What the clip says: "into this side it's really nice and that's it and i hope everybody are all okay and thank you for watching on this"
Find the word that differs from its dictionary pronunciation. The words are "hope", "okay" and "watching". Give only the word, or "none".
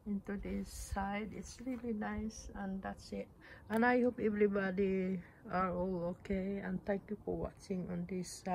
none